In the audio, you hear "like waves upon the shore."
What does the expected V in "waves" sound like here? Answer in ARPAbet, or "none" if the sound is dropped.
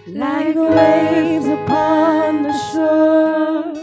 none